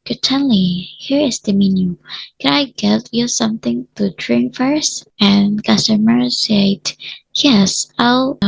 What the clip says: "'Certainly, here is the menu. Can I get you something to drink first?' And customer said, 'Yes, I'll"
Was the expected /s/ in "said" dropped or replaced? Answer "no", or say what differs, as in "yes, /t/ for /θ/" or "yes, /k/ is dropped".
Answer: no